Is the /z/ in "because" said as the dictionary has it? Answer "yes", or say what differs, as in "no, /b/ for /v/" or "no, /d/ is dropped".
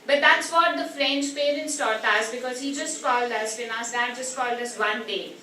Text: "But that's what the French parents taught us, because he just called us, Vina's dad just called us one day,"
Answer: yes